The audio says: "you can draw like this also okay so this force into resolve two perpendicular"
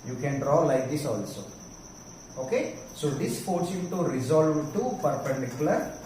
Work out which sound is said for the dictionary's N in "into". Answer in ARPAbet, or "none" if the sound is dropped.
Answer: none